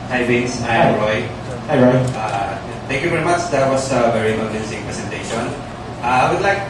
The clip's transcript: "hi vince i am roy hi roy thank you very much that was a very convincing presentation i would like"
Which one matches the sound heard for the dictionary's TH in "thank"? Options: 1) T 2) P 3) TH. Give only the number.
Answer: 1